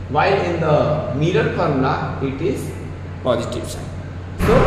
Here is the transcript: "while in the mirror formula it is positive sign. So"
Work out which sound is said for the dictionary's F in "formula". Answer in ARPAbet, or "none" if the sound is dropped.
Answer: P